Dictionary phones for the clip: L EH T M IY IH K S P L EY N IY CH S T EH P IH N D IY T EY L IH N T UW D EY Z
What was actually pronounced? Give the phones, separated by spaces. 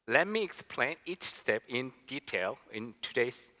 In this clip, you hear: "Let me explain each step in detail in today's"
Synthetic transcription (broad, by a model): L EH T M IY IH K S P L EY N IY CH S T EH P IH N D IY T EY L IH N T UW D EY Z